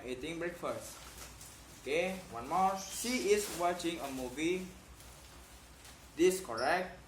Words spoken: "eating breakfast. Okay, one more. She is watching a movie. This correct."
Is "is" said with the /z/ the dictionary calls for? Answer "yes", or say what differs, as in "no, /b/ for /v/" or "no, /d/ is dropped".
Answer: no, /s/ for /z/